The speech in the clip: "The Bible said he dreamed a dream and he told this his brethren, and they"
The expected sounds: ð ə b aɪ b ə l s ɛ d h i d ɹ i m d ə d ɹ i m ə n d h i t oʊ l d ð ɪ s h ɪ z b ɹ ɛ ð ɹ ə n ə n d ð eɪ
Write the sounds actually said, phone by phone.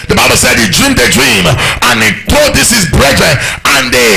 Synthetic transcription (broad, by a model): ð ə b aɪ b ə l s ɛ d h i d ɹ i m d ə d ɹ i m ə n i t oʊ d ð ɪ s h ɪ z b ɹ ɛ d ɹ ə ə n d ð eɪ